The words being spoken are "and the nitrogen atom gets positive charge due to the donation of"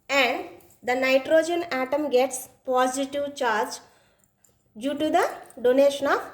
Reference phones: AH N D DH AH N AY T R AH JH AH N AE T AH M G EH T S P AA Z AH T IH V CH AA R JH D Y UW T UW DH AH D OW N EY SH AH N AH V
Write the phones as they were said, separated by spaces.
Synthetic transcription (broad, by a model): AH N D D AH N AY T R AH JH AH N AE T AH M G EH T S P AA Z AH T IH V CH AA R JH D Y UW T UW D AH D OW N EY SH AH N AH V